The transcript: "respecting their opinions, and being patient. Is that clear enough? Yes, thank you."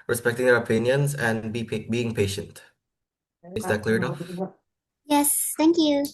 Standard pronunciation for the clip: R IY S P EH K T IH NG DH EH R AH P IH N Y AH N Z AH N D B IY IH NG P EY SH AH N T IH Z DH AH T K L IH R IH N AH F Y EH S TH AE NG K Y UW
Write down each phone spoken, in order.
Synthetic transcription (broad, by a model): R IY S P EH K T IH NG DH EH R AH P IH N Y AH N Z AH N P B IY IH NG P EY SH AH N T IH Z DH AH T K L IH R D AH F Y EH S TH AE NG K Y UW